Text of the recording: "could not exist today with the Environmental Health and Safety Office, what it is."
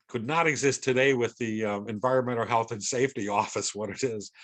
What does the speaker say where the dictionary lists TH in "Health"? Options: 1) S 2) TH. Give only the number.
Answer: 2